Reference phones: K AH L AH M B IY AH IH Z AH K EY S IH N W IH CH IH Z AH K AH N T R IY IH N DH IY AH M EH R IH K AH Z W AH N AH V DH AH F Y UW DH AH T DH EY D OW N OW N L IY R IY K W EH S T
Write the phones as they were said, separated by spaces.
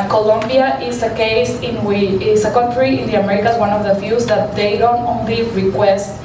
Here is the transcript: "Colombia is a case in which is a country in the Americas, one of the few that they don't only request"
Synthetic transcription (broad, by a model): K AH L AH M B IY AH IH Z AH K EY S IH N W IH IH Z AH K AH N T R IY IH N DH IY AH M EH R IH K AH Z W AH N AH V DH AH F Y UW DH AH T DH EY D OW N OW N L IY R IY K W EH S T